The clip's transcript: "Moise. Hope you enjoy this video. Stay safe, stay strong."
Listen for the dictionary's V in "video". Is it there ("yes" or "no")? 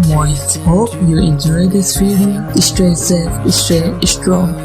no